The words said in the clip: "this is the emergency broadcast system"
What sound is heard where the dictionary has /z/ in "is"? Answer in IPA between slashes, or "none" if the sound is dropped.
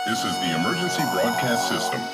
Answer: /z/